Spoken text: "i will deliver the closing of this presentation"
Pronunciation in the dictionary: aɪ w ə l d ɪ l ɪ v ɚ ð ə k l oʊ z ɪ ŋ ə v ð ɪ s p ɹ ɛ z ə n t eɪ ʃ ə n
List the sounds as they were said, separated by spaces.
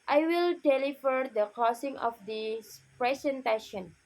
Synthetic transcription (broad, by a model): aɪ w ə l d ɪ l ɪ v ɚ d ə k oʊ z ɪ ŋ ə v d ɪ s p ɹ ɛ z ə n t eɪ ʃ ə n